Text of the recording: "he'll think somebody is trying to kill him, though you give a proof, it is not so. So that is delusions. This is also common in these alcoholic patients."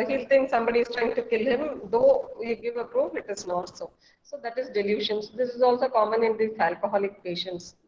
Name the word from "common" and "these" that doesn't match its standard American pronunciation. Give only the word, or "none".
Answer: these